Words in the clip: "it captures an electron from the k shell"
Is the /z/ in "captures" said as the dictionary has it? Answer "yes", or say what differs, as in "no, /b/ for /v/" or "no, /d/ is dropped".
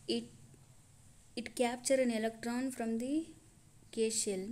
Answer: no, /z/ is dropped